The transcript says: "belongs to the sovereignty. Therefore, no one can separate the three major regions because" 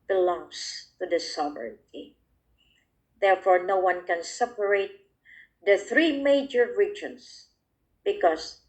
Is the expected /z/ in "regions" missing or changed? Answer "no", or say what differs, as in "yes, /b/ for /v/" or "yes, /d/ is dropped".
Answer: yes, /s/ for /z/